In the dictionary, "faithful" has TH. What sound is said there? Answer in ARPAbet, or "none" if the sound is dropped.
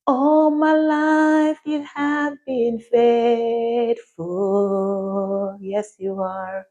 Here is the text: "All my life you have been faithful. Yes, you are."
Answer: T